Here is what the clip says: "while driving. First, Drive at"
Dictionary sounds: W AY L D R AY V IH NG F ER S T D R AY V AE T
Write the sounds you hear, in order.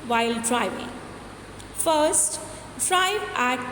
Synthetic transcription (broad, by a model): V AY L D R AY V IH NG F ER S T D R AY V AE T